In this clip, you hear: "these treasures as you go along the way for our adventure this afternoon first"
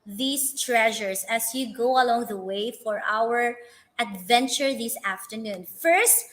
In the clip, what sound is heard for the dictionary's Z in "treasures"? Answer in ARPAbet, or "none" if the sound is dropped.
S